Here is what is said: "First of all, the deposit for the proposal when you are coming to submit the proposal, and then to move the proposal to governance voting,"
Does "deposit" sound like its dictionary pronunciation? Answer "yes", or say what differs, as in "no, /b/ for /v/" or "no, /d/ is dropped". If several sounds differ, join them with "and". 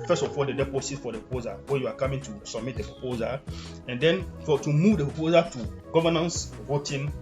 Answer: no, /s/ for /z/